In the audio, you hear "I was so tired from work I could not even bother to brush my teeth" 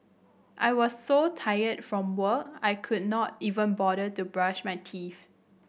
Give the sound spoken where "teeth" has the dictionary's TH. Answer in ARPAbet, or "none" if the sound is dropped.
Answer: F